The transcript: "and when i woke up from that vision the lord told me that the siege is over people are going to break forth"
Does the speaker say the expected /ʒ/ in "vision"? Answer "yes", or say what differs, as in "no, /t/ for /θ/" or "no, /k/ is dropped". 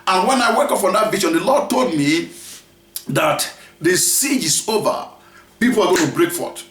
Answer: no, /ʃ/ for /ʒ/